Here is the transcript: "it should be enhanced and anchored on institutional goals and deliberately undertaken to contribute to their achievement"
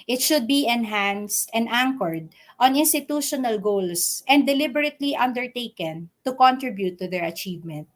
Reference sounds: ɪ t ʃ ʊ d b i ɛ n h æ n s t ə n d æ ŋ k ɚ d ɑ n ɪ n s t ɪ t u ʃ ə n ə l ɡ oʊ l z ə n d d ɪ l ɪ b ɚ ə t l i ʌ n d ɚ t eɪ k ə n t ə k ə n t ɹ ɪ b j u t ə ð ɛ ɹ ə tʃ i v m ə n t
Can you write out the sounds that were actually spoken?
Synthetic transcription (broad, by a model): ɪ t ʃ ʊ d b i ɛ n h æ n s t ə n d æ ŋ k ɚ d ɑ n ɪ n s t ɪ t u ʃ ə n ə l ɡ oʊ l s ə n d d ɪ l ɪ b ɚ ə t l i ʌ n d ɚ t eɪ k ə n t ə k ə n t ɹ ɪ b j u t ə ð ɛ ɹ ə tʃ i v m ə n t